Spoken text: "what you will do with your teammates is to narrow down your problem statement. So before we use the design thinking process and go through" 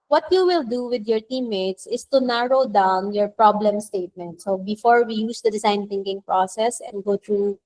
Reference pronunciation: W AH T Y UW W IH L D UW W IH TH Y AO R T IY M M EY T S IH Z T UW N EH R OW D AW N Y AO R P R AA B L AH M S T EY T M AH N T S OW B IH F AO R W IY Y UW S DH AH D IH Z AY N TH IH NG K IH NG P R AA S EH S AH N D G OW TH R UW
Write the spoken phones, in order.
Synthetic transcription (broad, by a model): W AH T Y UW W IH L D UW W IH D Y AO R T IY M M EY T S IH S T UW N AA R OW D AW N Y AO R P R AA B L AH M S T EY T M AH N T S OW B IH F AO R W IY Y UW S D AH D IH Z AY N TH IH NG K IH NG P R AA S EH S AH N D G OW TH R UW